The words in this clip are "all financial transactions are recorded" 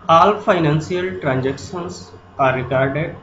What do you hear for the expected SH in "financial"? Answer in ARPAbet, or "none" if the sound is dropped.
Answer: S